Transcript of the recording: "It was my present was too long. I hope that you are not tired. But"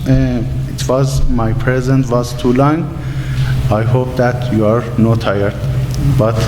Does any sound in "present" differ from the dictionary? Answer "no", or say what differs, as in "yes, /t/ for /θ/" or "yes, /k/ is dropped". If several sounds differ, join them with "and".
no